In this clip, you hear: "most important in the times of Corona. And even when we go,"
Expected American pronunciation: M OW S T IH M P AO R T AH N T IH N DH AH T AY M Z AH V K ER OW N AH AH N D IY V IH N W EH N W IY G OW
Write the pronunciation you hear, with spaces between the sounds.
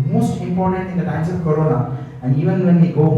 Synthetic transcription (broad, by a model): M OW S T IH M P AO R T AH N T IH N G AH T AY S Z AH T K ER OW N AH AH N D IY V IH N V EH N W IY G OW